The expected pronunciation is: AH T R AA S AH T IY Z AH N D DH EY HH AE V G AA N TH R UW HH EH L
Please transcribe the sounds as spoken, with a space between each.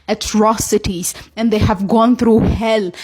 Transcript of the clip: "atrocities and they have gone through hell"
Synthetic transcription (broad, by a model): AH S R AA S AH T IY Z AH N D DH EY HH AE V G AA N T R UW HH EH L